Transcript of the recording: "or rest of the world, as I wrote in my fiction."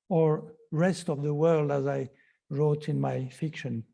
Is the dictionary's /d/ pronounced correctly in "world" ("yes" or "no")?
yes